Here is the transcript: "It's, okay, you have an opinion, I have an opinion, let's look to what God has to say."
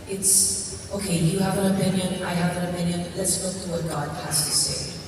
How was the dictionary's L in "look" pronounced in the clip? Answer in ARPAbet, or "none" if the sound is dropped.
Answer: W